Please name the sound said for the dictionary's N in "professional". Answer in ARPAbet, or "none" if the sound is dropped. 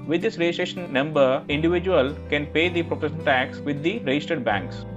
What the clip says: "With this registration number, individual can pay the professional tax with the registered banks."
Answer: none